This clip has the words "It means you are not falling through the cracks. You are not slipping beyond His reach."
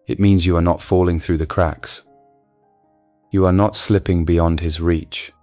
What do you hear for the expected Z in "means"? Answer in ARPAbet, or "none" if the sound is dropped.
Z